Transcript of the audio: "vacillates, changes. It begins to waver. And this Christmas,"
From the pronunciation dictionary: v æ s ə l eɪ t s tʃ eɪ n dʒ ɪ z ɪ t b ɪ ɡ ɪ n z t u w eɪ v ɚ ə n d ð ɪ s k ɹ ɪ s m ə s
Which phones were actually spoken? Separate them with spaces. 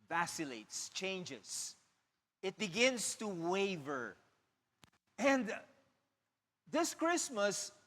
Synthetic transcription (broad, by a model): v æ s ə l eɪ t s tʃ eɪ n dʒ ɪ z ɪ t b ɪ ɡ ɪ n s t u w eɪ v ɚ ə n d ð ɪ s k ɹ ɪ s m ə s